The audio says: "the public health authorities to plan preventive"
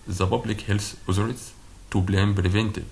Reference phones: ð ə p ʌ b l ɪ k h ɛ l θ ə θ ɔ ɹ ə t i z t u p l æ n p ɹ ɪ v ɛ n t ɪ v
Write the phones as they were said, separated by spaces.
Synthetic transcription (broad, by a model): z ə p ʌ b l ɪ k h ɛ l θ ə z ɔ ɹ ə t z t u b l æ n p ɹ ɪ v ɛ n t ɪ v